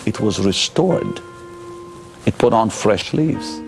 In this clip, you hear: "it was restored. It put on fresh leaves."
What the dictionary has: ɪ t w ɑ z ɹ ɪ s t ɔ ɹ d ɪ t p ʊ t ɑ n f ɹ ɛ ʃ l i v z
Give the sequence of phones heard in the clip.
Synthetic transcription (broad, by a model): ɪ t w ɑ z ɹ ɪ s t ɔ ɹ d ɪ t p ʊ t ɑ n f ɹ ɛ ʃ l i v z